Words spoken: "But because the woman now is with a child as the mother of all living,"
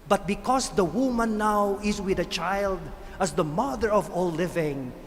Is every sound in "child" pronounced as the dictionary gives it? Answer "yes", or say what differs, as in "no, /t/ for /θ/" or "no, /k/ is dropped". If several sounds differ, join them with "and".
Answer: yes